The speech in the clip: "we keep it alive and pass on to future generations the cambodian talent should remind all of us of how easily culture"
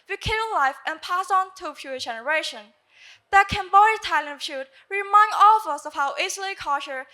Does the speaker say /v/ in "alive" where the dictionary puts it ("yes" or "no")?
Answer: no